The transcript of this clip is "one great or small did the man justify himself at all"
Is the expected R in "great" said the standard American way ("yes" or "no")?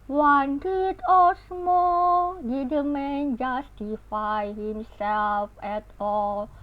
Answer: no